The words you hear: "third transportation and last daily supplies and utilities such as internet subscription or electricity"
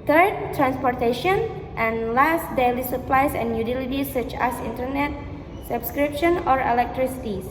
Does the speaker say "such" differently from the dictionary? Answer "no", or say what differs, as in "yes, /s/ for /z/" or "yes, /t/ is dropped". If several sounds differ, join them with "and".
no